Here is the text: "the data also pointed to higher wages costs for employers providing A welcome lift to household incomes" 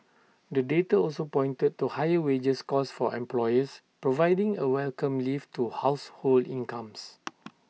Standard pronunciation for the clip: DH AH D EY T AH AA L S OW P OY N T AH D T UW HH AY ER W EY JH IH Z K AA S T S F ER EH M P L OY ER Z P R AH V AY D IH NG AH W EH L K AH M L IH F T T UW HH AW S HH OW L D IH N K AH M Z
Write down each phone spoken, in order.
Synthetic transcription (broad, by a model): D AH D EY T AH AA L S OW P OY N T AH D T UW HH AY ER W EY JH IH S K AA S S F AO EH M P L OY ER S P R AH V AY D IH NG AH W EH L K AH M L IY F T T UW HH AW S HH OW L D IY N K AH M S